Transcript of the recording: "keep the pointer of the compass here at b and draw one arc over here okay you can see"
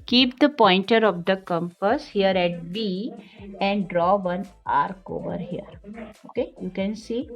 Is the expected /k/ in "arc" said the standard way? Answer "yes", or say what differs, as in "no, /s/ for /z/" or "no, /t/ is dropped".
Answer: yes